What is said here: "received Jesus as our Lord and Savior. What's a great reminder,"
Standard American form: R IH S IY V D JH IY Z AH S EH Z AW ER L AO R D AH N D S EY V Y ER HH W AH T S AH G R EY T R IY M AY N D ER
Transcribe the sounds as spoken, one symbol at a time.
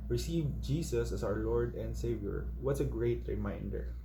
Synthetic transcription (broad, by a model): R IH S IY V JH IY S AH S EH S AW ER L AO R D AH N D S EY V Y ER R W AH T S AH G R EY T R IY M AY N D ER